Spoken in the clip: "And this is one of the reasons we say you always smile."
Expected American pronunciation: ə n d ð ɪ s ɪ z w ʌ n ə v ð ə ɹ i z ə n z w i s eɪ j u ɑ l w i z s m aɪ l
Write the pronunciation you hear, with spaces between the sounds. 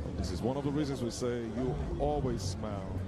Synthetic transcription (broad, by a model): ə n ð ɪ s ɪ z w ʌ n ə v ð ə ɹ i z ə n z w i s eɪ j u ɑ l w i z s m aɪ l